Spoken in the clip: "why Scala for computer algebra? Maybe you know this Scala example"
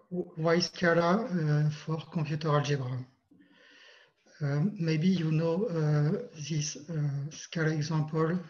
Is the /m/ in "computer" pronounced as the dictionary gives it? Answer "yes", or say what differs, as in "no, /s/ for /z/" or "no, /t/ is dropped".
no, /m/ is dropped